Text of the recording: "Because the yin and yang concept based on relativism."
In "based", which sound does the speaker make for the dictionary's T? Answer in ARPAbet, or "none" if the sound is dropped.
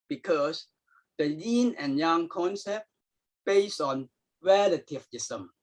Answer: none